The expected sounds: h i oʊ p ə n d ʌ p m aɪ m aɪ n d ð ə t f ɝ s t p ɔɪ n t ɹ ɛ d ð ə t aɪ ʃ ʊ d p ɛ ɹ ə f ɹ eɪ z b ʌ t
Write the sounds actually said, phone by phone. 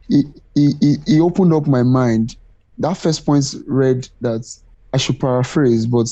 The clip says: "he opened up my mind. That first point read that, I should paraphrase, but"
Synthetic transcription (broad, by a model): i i oʊ p ə n d ʌ p m aɪ m aɪ n d ð ə t f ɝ s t p ɔɪ n t ɹ ɛ d ð ə t aɪ ʃ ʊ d p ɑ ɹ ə f ɹ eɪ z b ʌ t